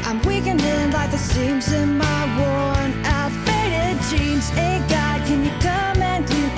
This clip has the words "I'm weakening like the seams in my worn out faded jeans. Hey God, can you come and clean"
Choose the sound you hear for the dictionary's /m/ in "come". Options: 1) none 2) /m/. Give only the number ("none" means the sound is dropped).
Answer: 2